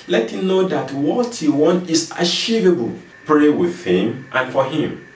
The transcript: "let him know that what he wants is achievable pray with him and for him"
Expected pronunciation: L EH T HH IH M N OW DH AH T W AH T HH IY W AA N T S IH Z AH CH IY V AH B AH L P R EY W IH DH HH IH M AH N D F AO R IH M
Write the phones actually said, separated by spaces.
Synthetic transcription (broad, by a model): L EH T HH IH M N OW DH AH T W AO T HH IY W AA N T IH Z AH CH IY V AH B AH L P R EY W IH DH HH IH M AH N F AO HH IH M